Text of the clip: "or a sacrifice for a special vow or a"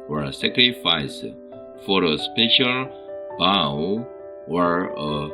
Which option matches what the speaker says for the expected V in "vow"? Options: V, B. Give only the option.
B